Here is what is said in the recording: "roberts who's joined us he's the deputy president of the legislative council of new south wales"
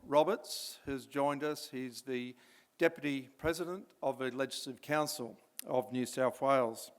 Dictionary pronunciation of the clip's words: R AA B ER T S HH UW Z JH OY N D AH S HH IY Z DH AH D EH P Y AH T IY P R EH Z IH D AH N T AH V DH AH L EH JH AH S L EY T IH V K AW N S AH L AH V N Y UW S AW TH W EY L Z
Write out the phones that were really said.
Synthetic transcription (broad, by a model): R AA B ER T S HH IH Z JH OY N D AH S HH IY Z DH AH D EH P Y AH T IY P R EH Z IH D AH N T AH V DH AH L EH JH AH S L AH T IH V K AW N S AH L AH V N Y UW S AW TH W EY L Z